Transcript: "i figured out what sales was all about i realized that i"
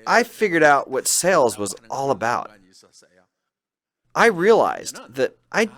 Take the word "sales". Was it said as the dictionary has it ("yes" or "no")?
yes